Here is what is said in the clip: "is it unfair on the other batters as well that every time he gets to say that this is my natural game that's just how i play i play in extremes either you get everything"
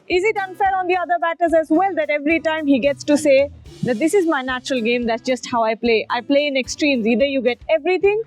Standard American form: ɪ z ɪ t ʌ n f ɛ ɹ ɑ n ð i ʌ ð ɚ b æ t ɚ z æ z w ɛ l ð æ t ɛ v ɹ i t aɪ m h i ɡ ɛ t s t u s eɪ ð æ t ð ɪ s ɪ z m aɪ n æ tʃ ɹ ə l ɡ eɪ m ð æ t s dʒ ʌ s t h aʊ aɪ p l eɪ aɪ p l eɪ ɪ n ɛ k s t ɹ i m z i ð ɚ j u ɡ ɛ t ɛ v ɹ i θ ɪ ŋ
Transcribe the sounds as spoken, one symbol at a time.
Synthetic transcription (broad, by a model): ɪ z ɪ t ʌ n f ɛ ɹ ɑ n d i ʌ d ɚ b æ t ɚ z æ z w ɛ l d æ t ɛ v ɹ i t aɪ m h i ɡ ɛ t s t u s eɪ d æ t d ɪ s ɪ z m aɪ n æ tʃ ɹ ə l ɡ eɪ m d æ t s dʒ ʌ s t h aʊ aɪ p l eɪ aɪ p l eɪ ɪ n ɛ k s t ɹ i m z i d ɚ j u ɡ ɛ t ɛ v ɹ i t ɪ ŋ